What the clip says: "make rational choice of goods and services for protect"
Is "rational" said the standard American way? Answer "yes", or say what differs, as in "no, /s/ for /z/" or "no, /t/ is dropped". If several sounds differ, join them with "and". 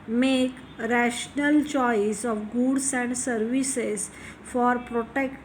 yes